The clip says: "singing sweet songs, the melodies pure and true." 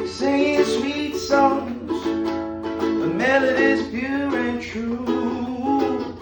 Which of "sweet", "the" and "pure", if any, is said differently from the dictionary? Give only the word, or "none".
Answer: pure